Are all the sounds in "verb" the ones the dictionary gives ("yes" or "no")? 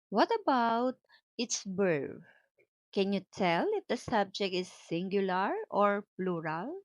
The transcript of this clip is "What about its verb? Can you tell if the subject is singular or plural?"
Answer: no